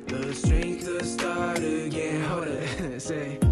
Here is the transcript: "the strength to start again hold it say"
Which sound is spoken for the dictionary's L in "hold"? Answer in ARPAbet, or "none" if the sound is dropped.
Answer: none